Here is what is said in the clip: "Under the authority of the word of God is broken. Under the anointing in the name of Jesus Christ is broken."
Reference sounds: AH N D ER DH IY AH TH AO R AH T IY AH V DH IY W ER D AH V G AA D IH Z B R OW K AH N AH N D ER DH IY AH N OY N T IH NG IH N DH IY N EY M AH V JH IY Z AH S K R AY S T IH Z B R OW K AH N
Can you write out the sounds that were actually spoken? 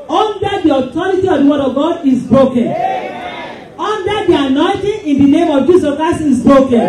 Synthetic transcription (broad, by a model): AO N D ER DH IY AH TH AO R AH T IY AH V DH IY W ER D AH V G AA D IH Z B R OW K AH N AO N D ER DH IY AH N OY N T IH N IH N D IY N EY M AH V JH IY S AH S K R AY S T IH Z B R OW K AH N